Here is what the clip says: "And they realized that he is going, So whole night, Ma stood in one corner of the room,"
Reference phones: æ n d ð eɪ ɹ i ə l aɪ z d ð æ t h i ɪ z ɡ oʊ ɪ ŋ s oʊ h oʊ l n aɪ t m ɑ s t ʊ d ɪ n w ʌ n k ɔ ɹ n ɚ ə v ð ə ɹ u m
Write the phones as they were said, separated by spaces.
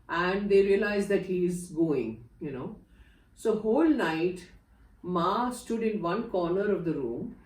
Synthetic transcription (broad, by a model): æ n d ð eɪ ɹ i ə l aɪ z d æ t h i ɪ z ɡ oʊ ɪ ŋ s oʊ h oʊ l n aɪ t m ɑ s t ʊ d ɪ n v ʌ n k ɔ ɹ n ɚ ə v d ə ɹ u m